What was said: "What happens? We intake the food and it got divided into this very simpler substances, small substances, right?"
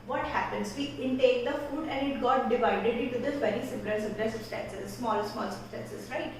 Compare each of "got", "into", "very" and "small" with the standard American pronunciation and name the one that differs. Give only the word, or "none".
into